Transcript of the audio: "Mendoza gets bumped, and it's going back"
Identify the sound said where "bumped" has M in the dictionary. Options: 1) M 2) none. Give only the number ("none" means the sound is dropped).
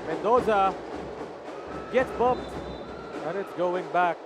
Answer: 2